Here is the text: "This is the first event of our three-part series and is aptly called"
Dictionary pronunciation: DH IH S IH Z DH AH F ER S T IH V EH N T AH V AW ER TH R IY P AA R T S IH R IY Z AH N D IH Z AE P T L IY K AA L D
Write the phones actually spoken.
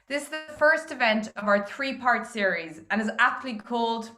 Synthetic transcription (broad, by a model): DH IH S IH Z DH AH F ER S T IH V EH N T AH V AW ER TH R IY P AA R T S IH R IY Z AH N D IH Z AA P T L IY K AA L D